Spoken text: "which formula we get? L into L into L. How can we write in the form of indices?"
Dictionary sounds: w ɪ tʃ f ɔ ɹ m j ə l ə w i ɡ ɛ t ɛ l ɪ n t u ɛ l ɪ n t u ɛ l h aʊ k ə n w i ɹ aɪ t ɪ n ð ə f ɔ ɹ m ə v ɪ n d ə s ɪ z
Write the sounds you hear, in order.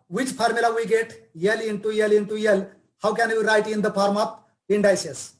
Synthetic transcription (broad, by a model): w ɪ tʃ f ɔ ɹ m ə l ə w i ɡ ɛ t ɛ l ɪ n t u ɛ l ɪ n t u ɛ l h aʊ k ə n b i ɹ aɪ t ɪ n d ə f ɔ ɹ m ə p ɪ n d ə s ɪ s